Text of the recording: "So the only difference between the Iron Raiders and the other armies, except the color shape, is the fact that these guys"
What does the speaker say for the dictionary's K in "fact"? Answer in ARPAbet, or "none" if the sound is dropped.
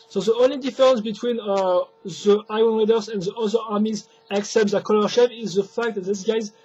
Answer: K